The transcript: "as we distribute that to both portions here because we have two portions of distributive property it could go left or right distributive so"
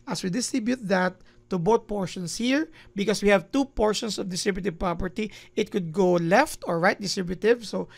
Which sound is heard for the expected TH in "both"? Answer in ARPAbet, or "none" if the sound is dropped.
T